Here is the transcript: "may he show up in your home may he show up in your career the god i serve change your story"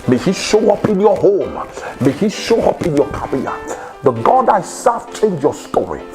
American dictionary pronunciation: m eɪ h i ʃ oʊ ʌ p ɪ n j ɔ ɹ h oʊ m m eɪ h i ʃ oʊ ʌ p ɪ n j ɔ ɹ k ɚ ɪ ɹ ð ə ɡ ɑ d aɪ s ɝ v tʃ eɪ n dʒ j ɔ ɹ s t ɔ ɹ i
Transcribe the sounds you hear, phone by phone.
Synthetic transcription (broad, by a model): m eɪ h i ʃ oʊ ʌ p ɪ n j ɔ h oʊ m m eɪ h i ʃ oʊ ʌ p ɪ n j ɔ k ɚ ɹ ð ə ɡ ɑ d aɪ s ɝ f tʃ eɪ n dʒ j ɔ s t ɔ ɹ i